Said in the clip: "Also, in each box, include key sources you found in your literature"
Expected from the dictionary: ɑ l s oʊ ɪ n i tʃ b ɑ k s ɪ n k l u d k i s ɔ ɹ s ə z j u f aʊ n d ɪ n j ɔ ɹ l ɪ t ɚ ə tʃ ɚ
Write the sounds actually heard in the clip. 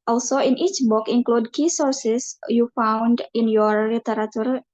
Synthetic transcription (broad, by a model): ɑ l s oʊ ɪ n i tʃ b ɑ k ɪ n k l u d k i s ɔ ɹ s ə s j u f aʊ n d ɪ n j ɔ ɹ l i t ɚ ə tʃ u